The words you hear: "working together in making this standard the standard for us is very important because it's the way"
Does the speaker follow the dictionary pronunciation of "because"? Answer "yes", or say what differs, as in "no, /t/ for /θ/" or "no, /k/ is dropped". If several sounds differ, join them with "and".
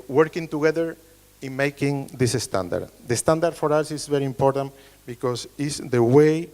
no, /s/ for /z/